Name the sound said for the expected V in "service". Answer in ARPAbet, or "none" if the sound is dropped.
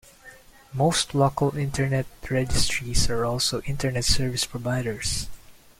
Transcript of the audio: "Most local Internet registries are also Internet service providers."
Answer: V